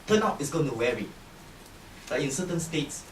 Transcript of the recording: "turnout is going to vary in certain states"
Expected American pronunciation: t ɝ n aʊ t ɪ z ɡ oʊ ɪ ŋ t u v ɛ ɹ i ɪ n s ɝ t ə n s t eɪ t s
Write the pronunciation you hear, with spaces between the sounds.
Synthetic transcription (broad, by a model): t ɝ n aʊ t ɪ s ɡ oʊ ɪ ŋ t u w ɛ ɹ i ɪ n s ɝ t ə n s t eɪ t s